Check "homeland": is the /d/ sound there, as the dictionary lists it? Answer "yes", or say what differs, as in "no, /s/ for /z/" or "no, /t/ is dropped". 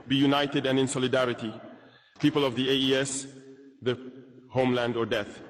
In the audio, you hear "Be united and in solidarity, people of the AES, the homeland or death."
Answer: yes